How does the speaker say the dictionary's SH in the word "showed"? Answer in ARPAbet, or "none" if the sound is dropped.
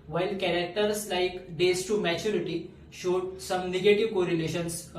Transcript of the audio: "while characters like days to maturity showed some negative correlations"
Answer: SH